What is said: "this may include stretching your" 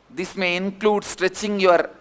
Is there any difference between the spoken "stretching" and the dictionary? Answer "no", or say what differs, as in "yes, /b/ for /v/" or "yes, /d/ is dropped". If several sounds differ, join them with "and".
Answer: no